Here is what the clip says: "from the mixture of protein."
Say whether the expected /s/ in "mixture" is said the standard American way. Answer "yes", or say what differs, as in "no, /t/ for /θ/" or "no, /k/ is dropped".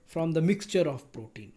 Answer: yes